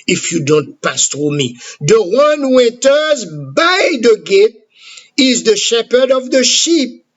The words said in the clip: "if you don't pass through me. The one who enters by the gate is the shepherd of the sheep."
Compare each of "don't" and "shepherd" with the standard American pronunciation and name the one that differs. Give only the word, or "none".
none